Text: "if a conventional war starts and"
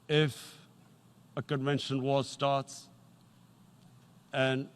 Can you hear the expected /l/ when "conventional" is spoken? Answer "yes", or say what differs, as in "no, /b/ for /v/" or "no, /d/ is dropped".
no, /n/ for /l/